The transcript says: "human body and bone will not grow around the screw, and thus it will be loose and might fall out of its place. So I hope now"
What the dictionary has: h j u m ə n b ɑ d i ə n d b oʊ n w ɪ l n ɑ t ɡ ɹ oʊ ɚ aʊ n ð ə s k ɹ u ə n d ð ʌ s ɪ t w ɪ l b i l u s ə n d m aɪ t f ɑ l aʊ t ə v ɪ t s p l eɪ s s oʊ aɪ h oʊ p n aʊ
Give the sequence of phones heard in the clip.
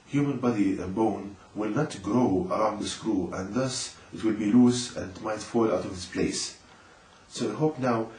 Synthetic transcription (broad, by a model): h j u m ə n b ɑ d i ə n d b oʊ n w ɪ l n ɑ t ɡ ɹ oʊ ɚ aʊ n ð ə s k ɹ u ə n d ð ʌ s ɪ t w ɪ l b i l u s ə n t m aɪ t f ɑ l aʊ t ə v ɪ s p l eɪ s s oʊ aɪ h oʊ p n aʊ